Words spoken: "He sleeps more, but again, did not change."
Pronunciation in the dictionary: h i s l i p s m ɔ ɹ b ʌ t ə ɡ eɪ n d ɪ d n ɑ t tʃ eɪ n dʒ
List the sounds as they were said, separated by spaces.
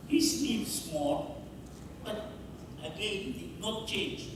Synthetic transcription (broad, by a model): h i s n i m s m ɔ l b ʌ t ə ɡ eɪ n d ɪ d n ɑ t tʃ eɪ n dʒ